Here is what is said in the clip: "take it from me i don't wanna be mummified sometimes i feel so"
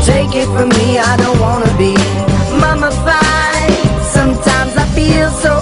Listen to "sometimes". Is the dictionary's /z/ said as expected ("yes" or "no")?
yes